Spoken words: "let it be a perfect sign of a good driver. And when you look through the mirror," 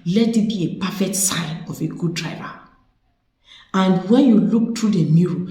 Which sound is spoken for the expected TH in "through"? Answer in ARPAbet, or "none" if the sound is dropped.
T